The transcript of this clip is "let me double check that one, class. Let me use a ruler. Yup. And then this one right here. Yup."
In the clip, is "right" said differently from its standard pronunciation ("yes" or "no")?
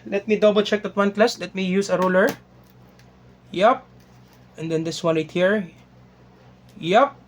yes